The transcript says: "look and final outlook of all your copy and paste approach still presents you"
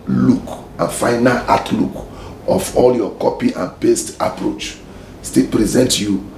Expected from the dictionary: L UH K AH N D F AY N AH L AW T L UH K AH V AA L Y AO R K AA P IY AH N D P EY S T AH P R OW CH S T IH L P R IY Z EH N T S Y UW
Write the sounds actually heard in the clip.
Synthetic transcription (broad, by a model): L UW K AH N F AY N AH L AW T L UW K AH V AA L Y AO K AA P IY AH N P EY S T AH P R OW CH S T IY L P R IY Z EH N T Y UW